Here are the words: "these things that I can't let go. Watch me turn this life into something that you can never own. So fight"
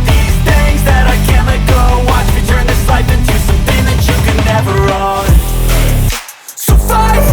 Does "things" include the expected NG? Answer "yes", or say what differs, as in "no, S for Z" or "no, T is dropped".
no, NG is dropped